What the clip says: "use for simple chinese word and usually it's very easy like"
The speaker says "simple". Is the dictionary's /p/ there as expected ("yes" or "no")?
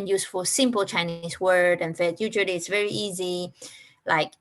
yes